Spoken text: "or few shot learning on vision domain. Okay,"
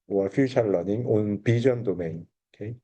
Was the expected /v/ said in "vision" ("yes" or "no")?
no